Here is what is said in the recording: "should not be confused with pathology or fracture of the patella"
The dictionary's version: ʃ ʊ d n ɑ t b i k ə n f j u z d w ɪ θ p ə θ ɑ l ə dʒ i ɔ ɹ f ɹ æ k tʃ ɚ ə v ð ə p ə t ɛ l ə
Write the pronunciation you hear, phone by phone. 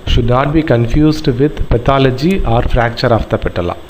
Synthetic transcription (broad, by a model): ʃ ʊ d n ɑ t b i k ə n f j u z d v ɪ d p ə t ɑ l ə dʒ i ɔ ɹ f ɹ æ k tʃ ɚ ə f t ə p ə t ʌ l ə